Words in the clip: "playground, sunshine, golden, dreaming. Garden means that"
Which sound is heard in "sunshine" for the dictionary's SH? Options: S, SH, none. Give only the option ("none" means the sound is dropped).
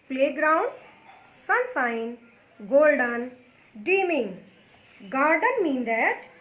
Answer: S